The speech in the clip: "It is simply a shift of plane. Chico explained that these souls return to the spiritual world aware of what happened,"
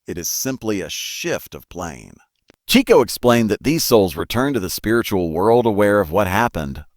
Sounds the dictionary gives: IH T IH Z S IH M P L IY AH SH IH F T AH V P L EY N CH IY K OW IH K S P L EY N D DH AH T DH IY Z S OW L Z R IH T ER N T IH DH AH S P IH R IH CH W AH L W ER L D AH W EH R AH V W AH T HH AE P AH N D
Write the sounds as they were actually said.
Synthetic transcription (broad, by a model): IH T IH Z S IH M P L IY AH SH IH F T AH V P L EY N CH IY K OW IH K S P L EY N DH AH T DH IY Z S OW L Z R IH T ER N T IH DH AH S P IH R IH CH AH L W ER L D AH W EH R AH V W AH T HH AE P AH N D